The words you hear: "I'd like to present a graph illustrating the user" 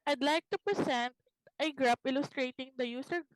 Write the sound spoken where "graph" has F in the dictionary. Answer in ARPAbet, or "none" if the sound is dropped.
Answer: P